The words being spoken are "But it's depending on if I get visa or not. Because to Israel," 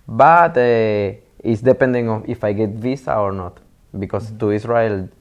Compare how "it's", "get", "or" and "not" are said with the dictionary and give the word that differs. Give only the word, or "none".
none